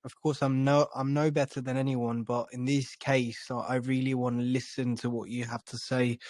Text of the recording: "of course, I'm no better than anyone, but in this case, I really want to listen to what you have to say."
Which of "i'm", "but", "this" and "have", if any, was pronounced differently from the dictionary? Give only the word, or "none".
have